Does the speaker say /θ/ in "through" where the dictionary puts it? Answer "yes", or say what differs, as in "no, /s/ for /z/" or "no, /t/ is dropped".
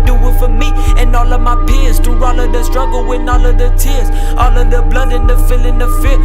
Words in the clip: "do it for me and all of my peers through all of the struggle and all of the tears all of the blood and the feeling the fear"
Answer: no, /t/ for /θ/